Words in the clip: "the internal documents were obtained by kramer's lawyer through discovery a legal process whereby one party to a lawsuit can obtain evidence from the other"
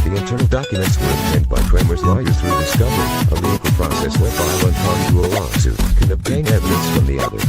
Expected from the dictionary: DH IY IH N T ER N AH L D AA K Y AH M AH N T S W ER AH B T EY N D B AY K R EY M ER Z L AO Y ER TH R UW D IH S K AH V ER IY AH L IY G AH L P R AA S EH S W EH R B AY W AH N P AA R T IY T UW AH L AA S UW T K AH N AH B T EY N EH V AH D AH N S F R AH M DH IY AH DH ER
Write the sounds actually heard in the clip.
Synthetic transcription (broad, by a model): DH IY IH N T ER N L D AA K Y AH M AH N T S W ER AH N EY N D B AY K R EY M ER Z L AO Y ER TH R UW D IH S K AH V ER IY AH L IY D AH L P R AA S EH S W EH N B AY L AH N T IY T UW AH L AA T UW K AH N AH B T EY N EH V AH D AH N S F R AH M DH IY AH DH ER